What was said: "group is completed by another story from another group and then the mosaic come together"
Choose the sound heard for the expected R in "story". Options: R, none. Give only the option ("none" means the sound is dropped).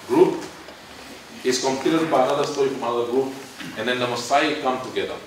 none